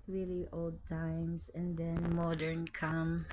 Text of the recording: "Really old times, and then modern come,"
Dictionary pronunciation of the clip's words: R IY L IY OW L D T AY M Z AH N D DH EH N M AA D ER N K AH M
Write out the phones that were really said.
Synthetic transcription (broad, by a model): R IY L IY OW L D T AY M S AH N D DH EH N M AA D ER N K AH M